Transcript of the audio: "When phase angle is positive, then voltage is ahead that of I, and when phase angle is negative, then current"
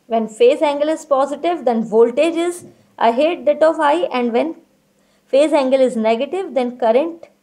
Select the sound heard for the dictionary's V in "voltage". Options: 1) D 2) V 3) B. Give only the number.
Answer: 2